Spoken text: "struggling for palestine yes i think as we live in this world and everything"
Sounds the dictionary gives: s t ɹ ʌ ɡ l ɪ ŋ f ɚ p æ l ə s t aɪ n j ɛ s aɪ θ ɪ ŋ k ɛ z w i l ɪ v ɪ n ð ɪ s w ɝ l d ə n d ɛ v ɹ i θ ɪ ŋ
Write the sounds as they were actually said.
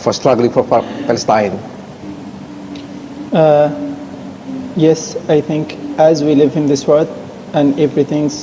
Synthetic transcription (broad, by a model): s t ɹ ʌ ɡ l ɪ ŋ f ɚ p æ l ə s t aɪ n j ɛ s aɪ θ ɪ ŋ k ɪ z w i l ɪ v ɪ n ð ɪ s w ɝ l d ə n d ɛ v ɹ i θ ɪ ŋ